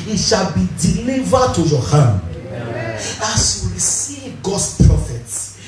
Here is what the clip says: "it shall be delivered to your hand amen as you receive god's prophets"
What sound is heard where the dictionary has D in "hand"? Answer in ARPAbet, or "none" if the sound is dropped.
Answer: none